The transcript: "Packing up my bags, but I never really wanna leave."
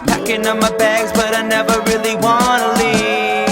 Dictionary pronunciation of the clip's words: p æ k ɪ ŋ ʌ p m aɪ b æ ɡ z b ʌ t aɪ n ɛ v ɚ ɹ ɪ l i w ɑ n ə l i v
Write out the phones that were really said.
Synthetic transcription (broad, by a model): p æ k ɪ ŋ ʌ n m aɪ b æ ɡ z b ʌ t aɪ n ɛ v ɚ ɹ ɪ l i w ɑ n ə l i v